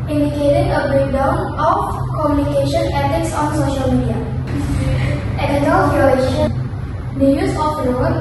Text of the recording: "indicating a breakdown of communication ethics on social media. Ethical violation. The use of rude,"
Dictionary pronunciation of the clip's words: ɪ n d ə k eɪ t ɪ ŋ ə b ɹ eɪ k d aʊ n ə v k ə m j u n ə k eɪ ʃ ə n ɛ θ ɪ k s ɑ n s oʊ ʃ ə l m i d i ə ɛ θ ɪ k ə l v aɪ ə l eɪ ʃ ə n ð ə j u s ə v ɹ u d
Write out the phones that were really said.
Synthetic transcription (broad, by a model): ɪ n d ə k eɪ t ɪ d ə b ɹ eɪ k d aʊ n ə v k ə m j u n ə k eɪ ʃ ə n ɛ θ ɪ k s ɑ n s oʊ ʃ ə l m i d i ə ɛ t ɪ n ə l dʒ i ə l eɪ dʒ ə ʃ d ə j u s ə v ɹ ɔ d